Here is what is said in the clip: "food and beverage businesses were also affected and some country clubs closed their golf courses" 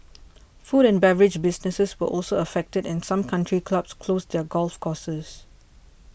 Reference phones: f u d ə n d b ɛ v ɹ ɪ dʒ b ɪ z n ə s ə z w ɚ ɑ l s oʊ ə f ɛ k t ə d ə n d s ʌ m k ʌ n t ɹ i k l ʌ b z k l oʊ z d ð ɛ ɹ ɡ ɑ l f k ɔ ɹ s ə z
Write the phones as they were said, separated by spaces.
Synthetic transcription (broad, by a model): f u d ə n b ɛ v ɹ ɪ dʒ b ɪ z n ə s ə s w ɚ ɑ l s oʊ ə f ɛ k t ə d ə n s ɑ m k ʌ n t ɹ i k l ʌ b s k l oʊ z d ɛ ɡ ɑ l f k ɔ s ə s